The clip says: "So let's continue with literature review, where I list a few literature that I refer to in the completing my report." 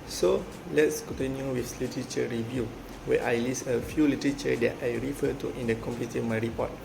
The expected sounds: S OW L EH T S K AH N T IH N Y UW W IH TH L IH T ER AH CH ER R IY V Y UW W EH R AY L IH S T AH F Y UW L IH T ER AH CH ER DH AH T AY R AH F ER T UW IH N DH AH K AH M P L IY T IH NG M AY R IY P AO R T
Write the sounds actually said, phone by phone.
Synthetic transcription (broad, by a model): S OW L EH T S K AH N T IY N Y UW W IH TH L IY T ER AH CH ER R IY V Y UW W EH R AY L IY S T AH F Y UW L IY T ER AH CH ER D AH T AY R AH F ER T UW IH N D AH K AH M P IY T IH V M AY R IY P AO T